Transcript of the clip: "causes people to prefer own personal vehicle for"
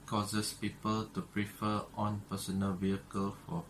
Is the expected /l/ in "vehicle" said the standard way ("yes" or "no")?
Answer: yes